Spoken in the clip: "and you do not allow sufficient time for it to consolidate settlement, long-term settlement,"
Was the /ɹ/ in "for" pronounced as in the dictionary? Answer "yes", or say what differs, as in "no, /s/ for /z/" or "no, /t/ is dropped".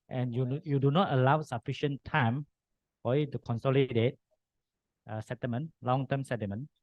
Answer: no, /l/ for /ɹ/